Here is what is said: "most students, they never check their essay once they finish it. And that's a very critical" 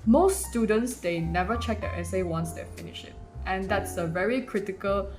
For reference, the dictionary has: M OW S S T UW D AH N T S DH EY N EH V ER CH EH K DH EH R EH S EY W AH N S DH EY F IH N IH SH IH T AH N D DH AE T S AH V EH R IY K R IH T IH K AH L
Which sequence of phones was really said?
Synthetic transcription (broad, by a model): M OW S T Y UW D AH N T S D EY N EH V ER CH EH K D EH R EH S EY W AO N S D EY F IH N IH SH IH T AH N D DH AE T S AH V EH R IY K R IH T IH K AH L